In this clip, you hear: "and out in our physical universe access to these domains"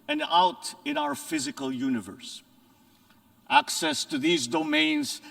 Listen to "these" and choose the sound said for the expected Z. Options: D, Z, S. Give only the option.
Z